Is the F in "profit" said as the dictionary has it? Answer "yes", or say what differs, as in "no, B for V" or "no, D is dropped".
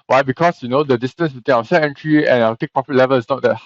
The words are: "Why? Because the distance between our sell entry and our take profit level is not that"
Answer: no, P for F